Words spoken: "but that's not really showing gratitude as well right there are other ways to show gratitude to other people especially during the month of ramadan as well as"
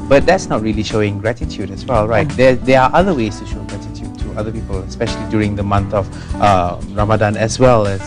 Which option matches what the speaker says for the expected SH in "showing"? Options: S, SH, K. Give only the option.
SH